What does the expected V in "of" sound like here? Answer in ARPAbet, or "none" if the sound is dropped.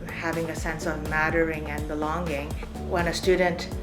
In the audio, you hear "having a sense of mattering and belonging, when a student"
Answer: V